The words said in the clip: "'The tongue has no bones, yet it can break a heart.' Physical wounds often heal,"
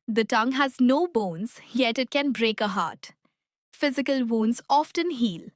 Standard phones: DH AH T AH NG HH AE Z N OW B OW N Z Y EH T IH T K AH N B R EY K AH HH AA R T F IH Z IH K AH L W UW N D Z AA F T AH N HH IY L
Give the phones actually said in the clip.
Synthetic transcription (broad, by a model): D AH T AH NG HH AE Z N OW B OW N Z Y EH T IH T K AH N B R EY K AH HH AA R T F IH Z IH K AH L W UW N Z AA F T AH N HH IY L